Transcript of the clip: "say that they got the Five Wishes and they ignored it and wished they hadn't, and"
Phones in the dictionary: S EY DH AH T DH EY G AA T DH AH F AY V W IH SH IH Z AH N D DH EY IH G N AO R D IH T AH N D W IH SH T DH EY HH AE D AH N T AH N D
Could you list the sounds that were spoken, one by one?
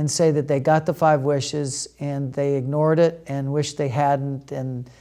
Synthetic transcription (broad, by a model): S EY DH AH T DH EY G AA T DH AH F AY V W IH SH IH Z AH N DH EY IH G N AO R D IH T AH N W IH SH DH EY HH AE D N T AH N